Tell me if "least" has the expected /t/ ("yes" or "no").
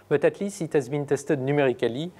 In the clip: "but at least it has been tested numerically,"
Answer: no